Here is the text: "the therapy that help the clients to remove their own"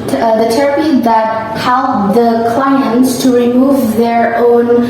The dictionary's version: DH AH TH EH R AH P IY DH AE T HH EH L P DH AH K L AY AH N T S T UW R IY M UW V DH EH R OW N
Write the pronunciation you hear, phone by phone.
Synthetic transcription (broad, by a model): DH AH T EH R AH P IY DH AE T HH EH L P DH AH K L AY AH N T S T UW R IY M UW V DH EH R OW N